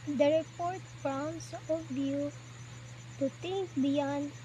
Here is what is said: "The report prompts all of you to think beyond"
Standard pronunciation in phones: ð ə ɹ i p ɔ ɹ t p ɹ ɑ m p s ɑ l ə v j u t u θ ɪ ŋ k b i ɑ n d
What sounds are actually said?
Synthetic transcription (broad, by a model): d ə ɹ i p ɔ ɹ t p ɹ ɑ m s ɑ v j u t u t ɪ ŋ k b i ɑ n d